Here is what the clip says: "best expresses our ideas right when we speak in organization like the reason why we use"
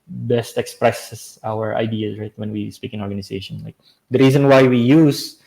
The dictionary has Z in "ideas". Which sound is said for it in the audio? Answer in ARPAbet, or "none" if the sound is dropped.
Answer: none